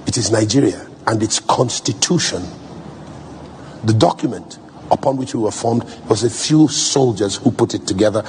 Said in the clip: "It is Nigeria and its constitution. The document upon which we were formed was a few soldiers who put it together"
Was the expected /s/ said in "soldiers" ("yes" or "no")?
yes